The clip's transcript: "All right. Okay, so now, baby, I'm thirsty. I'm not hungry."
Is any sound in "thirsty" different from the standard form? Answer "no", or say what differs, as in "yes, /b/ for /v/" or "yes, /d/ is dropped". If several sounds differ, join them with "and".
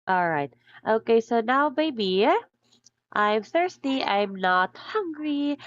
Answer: no